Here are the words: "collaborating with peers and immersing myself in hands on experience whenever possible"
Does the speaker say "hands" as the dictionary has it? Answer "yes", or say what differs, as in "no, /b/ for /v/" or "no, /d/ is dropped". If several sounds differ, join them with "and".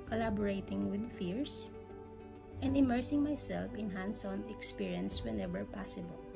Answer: no, /s/ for /z/